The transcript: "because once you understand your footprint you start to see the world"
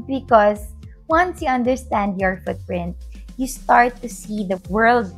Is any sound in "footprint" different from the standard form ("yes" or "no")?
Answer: no